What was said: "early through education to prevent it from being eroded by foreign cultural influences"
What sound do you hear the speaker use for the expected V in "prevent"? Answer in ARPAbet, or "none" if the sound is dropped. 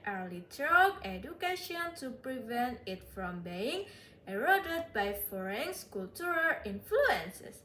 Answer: V